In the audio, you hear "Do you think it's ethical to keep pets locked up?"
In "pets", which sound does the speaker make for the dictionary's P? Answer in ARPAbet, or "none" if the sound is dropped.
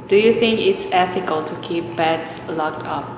B